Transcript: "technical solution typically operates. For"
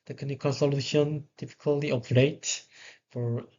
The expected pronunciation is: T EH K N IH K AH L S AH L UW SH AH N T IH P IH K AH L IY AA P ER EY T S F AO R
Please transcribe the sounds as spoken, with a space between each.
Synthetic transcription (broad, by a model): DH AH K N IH K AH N S AH L UW SH AH N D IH F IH K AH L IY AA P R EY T F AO R